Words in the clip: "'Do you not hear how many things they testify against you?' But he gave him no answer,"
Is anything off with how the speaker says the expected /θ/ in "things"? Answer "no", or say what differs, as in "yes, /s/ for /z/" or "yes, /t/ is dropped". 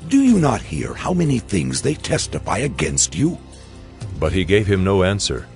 no